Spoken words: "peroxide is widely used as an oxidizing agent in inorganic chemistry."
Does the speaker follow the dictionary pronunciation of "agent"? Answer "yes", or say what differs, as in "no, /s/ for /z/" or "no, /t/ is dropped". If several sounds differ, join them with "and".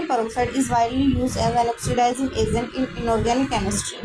no, /z/ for /dʒ/